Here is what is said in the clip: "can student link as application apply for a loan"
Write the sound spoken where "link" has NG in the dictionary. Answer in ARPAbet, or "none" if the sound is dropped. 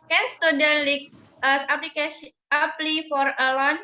none